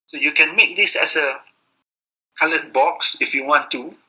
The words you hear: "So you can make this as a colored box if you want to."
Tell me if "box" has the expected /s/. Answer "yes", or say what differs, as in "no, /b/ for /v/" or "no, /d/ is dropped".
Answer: yes